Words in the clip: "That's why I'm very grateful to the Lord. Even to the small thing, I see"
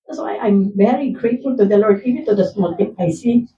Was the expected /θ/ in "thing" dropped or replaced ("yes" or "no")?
yes